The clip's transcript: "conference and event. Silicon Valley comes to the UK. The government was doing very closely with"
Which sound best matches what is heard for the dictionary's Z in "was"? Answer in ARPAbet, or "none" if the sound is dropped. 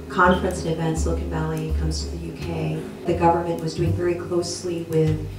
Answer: Z